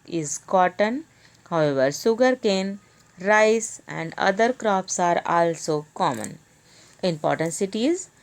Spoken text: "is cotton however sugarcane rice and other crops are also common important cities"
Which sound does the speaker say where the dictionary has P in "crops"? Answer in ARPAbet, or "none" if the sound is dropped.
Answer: P